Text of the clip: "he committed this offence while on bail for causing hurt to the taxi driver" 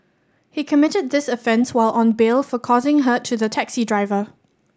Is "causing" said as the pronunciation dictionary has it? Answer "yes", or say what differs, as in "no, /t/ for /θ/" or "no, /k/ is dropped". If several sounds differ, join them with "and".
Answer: yes